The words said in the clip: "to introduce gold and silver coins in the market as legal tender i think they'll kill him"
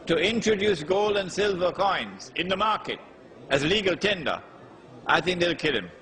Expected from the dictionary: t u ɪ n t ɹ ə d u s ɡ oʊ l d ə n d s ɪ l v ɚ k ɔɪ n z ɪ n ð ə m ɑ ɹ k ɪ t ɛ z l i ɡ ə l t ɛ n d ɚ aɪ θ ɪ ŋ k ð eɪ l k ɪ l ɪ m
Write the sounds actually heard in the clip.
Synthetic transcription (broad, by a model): t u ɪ n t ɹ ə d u s ɡ oʊ l d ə n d s ɪ l v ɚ k ɔɪ n z ɪ n ð ə m ɑ ɹ k ɪ t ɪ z l i ɡ ə l t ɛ n d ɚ aɪ θ ɪ ŋ k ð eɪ l k ɪ l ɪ m